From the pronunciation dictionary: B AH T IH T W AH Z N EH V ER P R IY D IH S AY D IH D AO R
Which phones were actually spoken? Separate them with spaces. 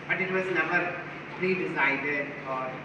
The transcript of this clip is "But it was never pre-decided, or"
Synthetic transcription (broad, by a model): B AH T IH T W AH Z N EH B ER P R IY D IH S AY D IH D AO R